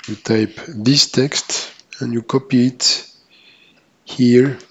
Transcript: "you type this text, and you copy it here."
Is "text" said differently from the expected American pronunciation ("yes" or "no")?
no